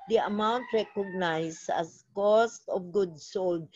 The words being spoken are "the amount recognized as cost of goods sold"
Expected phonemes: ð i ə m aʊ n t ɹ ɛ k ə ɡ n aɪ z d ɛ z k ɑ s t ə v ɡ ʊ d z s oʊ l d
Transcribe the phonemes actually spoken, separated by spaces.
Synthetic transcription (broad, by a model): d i ə m aʊ n t ɹ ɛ k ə ɡ n aɪ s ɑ s k ɑ s t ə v ɡ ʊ d s oʊ l d